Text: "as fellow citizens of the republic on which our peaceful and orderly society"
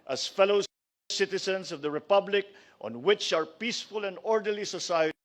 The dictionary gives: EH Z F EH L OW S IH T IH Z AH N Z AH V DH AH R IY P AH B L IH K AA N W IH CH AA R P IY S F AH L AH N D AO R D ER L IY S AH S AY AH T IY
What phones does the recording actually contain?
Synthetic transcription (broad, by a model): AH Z F EH L OW S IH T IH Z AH N S AH V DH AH R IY P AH B L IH K AA N W IH CH AA R P IY S F AH L AH N D AO R D ER L IY S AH S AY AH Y